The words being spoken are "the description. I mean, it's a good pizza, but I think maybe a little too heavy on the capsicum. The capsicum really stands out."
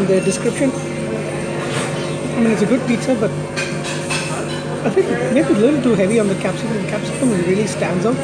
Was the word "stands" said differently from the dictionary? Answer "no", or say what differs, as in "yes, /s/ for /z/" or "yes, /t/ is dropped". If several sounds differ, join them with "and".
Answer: no